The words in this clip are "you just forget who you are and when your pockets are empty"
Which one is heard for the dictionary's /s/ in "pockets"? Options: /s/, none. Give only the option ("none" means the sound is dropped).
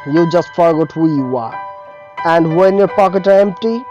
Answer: none